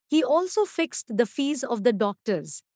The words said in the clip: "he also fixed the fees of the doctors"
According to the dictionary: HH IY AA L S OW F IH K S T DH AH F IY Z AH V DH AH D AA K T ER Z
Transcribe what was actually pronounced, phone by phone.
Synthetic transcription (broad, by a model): HH IY AA L S OW F IH K S T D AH F IY Z AH V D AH D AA K T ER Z